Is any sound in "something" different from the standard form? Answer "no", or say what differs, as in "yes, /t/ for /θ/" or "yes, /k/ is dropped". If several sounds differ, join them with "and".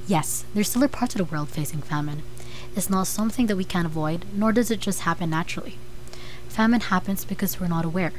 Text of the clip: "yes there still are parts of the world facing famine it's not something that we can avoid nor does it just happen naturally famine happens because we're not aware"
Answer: no